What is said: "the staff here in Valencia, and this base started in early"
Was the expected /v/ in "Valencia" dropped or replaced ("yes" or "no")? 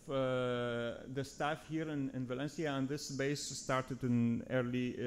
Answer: no